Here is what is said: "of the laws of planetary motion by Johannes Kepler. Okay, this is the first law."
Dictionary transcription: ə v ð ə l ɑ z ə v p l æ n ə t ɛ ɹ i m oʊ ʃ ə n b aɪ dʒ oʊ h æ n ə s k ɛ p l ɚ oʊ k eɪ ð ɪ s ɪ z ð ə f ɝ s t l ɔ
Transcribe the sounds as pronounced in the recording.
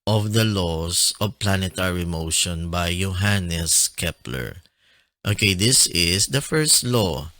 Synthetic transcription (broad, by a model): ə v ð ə l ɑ s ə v p l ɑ n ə t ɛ ɹ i m oʊ ʃ ə n b aɪ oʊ h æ n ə s k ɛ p l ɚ oʊ k eɪ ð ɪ s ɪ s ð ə f ɝ s t l ɔ